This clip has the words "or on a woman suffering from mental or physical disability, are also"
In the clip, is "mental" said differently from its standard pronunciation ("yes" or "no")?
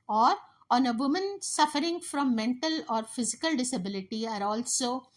no